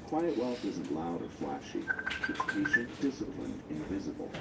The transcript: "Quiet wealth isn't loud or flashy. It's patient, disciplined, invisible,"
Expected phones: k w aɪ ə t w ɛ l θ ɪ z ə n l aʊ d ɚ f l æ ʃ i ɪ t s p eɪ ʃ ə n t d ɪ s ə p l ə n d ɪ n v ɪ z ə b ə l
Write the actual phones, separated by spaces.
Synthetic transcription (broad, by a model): k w aɪ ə t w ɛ l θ ɪ z ə n l aʊ d ɚ f l æ ʃ i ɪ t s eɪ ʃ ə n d ɪ s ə p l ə n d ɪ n v ɪ z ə b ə l